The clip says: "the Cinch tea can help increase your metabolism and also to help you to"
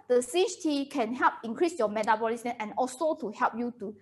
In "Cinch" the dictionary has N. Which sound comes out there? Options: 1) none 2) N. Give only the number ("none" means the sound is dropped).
1